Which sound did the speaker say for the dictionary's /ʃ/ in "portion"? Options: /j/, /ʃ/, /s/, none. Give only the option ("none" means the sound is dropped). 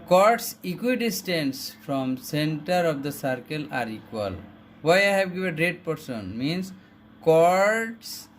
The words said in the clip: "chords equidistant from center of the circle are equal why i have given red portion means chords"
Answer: /s/